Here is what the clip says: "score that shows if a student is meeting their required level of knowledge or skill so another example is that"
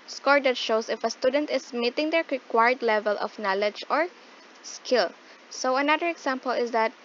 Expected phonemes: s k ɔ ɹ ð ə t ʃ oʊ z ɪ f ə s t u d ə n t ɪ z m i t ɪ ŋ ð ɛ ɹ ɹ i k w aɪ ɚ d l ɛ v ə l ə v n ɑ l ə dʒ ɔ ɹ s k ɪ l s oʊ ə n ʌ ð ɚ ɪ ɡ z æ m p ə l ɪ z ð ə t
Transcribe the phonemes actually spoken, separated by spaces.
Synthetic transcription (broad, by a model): s k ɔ ɹ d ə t ʃ oʊ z ɪ f ə s t u d ə n t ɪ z m i t ɪ ŋ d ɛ ɹ ɹ i k w aɪ ɚ d l ɛ v ə l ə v n ɑ l ə dʒ ɔ ɹ s k ɪ l s oʊ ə n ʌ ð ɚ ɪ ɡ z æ m p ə l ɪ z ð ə t